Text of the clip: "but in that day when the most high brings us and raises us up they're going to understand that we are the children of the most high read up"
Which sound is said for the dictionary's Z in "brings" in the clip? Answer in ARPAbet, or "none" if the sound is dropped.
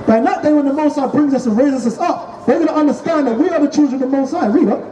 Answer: Z